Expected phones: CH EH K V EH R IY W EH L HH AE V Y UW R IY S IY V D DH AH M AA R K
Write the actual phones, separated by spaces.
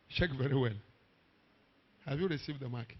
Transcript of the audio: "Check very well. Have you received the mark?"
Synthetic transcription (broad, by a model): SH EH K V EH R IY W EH N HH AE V Y UW R IY S IY V D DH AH M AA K